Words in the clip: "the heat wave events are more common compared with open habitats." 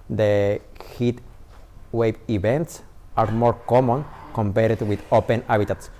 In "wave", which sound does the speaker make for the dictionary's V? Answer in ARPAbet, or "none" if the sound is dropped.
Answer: B